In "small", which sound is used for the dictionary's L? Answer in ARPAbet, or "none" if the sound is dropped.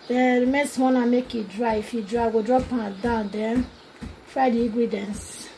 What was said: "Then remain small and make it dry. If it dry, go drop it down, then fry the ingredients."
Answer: N